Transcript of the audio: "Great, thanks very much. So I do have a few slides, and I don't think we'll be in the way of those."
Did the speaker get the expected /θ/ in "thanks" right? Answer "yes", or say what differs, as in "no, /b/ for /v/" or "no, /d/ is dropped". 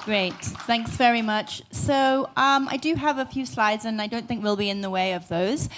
yes